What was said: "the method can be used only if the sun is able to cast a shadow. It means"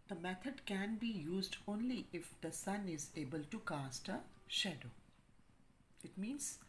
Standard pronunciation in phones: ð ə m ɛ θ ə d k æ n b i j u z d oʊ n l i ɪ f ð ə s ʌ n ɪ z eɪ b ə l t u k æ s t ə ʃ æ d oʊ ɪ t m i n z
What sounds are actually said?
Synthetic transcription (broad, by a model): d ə m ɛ t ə d k æ n b i j u z d oʊ n l i ɪ f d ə s ʌ n ɪ z eɪ b ə l t u k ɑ s t ə ʃ æ d oʊ ɪ t m i n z